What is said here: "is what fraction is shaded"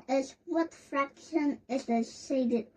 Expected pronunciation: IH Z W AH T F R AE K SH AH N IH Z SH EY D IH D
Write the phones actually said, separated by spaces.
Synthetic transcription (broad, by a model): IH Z W AH T F R AE K SH AH N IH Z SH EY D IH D